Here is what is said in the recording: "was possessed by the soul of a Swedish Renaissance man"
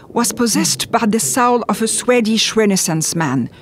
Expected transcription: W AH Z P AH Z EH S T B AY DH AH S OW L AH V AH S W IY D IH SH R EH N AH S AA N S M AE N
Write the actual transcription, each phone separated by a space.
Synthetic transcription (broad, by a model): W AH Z P AH Z EH S T B AY DH AH S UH L AH V AH S W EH D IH SH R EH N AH S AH N S M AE N